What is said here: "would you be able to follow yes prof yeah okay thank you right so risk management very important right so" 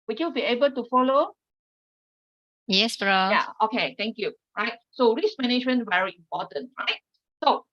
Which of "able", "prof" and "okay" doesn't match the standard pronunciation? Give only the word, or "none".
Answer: prof